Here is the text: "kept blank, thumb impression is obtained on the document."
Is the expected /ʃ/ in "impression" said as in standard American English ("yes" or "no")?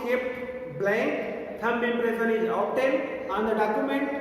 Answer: no